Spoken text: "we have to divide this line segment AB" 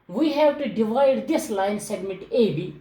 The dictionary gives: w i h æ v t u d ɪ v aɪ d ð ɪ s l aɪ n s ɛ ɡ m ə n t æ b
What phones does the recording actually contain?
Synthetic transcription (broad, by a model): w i h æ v t u d ɪ v aɪ d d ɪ s l aɪ n s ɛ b m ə t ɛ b